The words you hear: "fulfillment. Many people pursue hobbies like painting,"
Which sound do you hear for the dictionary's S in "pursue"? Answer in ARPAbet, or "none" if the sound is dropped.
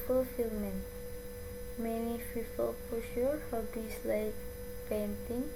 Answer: SH